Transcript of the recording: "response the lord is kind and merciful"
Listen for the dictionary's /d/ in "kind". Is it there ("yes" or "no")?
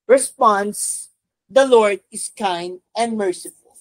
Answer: yes